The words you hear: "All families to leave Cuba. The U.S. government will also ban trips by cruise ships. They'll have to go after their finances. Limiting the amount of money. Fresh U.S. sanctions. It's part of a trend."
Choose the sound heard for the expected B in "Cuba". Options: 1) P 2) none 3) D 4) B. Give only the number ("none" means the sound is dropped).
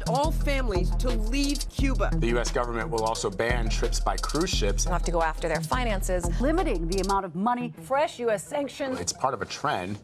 4